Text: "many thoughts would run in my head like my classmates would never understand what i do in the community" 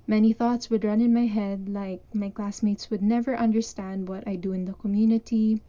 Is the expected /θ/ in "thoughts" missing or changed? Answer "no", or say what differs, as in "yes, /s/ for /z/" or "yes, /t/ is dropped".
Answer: no